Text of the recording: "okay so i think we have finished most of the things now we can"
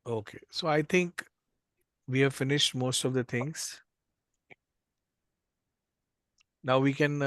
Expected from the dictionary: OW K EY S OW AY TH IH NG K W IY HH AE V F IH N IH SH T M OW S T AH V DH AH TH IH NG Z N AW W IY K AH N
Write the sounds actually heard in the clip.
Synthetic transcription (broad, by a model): OW K EY S OW AY T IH NG K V IY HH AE V F IH N IH SH T M OW S T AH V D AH T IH NG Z N AW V IY K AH N